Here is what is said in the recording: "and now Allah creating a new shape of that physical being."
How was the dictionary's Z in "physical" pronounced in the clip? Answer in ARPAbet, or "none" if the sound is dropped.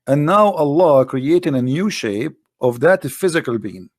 Z